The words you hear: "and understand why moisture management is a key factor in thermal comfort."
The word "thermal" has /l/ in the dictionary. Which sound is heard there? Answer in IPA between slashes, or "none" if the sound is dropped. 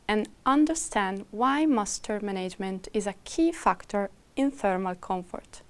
/l/